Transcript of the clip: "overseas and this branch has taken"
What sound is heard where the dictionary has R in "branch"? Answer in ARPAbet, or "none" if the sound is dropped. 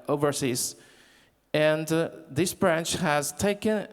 R